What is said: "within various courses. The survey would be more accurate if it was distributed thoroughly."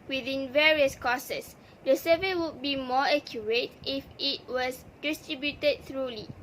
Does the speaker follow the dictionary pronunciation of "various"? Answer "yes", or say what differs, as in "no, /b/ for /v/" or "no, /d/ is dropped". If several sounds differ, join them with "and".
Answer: yes